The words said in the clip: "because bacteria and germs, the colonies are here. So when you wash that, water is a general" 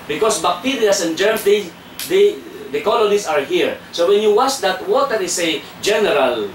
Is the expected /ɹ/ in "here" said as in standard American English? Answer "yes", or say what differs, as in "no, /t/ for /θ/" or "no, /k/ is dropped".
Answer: yes